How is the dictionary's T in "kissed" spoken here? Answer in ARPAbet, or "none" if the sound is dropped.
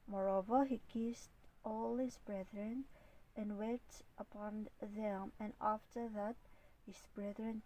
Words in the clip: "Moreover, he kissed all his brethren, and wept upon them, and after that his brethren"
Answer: T